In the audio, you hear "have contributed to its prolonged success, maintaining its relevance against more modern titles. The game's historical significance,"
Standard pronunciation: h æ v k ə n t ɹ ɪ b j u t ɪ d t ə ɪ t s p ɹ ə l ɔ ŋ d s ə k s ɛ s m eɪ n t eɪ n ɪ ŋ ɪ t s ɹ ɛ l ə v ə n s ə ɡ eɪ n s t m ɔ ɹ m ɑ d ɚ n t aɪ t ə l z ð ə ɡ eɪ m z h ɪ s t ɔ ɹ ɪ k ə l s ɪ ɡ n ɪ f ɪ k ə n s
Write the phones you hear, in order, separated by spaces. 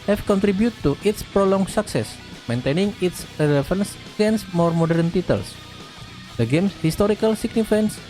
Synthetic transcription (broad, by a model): h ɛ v k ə n t ɹ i b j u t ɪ t ə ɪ t s p ɹ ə l ɔ ŋ s ə k s ɛ s m eɪ n t eɪ n ɪ ŋ ɪ t s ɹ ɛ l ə f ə n s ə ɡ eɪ n s m ɔ ɹ m ɑ d ɚ n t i t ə l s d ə ɡ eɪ m s h ɪ s t ɔ ɹ ɪ k ə l s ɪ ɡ n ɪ f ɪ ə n s